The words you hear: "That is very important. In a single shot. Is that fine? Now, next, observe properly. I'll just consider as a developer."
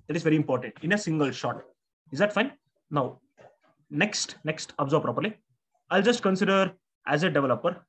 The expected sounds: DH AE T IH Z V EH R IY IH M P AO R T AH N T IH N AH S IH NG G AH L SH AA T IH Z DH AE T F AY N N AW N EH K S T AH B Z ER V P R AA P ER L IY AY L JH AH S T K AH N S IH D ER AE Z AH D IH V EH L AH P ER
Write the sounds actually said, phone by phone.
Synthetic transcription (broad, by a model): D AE T IH Z V EH R IY IH M P AO R T AH N T IH N AH S IH NG G AH L SH AA T IH Z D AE T F AY N N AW N EH K S T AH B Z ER B P R AA P ER L IY AY L JH AH S T K AH N S IH D ER AE Z AH D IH V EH L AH P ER